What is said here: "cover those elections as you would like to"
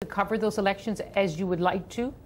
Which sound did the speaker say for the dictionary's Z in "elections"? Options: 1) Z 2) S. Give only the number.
1